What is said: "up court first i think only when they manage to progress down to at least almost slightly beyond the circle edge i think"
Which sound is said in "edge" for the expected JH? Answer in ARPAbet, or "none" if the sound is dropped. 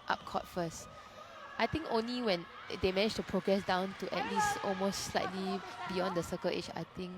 CH